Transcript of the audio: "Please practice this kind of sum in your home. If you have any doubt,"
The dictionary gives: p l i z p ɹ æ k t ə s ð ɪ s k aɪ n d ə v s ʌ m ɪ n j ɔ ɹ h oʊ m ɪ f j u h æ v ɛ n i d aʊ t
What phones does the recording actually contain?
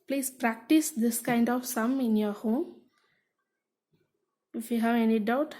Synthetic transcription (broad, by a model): p l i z p ɹ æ k t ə s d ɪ s k aɪ n d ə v s ʌ m ɪ n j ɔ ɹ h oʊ ɪ f j u h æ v ɛ n i d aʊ t